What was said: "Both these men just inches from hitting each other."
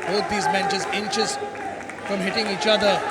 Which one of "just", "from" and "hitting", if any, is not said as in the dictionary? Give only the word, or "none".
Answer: just